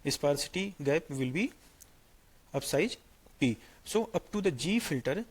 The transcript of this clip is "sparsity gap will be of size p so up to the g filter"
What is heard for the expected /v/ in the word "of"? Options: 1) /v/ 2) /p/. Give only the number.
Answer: 2